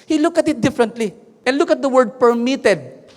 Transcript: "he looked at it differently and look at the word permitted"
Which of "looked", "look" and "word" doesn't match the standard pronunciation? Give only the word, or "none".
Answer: looked